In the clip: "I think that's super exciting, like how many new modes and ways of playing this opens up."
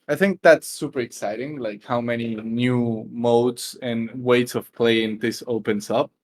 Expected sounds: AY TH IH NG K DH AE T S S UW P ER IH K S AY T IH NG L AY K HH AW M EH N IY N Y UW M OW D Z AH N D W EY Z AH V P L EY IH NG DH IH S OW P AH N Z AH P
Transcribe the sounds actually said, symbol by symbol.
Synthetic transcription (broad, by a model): AY TH IH NG K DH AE T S S UW P ER IH K S AY T IH NG L AY K HH AW M EH N IY N Y UW M OW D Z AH N W EY S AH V P L EY IH NG DH IH S OW P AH N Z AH P